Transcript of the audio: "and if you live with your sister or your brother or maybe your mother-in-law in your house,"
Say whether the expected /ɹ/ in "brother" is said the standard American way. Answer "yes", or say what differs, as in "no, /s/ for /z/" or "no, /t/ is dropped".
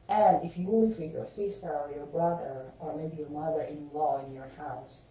yes